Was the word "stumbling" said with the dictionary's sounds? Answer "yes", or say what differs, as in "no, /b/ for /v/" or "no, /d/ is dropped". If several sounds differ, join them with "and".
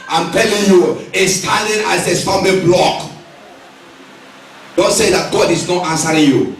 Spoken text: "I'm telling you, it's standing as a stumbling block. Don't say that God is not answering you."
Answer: no, /b/ is dropped